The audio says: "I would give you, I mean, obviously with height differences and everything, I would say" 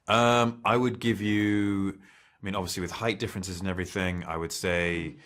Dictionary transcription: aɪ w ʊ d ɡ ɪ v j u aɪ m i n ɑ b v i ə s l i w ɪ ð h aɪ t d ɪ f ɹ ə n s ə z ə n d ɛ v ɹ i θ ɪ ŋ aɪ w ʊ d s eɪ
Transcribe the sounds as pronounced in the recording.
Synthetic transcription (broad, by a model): aɪ w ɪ d ɡ ɪ v j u aɪ m i n ɑ b v i ə s l i w ɪ ð h aɪ t d ɪ f ɹ ə n s ə z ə n ɛ v ɹ i θ ɪ ŋ aɪ w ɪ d s eɪ